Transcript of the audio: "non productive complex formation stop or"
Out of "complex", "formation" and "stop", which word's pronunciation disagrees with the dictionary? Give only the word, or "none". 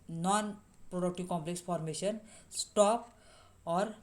formation